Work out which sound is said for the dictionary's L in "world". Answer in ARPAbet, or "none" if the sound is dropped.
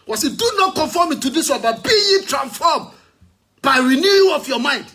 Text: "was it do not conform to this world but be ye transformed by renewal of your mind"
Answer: N